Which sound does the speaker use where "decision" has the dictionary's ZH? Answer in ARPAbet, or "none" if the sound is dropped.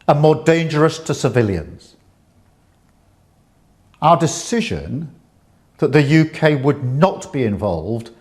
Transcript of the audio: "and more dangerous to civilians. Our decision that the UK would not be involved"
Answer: ZH